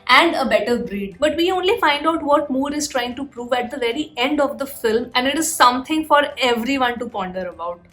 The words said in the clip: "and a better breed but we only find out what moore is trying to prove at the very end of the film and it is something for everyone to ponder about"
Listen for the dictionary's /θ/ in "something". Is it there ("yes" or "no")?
no